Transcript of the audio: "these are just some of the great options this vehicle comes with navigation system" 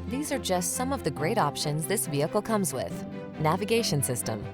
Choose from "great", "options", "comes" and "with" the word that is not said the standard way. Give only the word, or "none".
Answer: none